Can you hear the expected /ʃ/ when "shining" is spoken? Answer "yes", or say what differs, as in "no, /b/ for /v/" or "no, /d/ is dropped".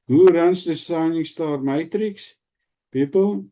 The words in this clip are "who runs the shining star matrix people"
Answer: no, /s/ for /ʃ/